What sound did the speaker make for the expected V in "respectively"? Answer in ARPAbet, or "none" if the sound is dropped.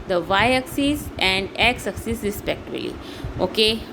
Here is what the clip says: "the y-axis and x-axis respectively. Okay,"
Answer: B